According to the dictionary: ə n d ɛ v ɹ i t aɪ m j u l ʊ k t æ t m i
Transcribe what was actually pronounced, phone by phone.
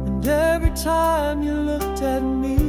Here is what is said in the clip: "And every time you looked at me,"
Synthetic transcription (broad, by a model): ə n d ɛ v ɹ i t aɪ m j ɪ l ʊ k t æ t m i